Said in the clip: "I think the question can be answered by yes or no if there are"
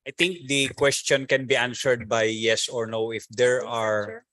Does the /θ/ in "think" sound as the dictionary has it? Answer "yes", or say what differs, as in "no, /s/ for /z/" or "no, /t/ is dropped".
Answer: no, /t/ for /θ/